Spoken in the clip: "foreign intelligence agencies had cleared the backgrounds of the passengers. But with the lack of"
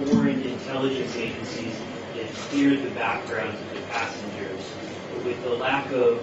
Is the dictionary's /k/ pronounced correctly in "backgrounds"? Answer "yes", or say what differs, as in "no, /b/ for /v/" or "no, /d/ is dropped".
yes